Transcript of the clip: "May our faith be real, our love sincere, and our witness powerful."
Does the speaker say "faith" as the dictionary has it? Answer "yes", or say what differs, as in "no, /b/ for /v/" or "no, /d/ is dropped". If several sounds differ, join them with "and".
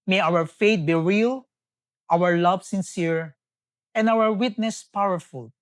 no, /t/ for /θ/